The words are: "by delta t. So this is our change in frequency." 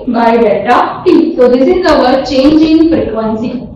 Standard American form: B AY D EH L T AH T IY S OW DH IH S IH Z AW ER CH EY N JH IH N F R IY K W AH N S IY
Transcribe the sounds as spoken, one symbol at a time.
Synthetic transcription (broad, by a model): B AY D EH T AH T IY S OW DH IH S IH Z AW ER CH EY N JH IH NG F R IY K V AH N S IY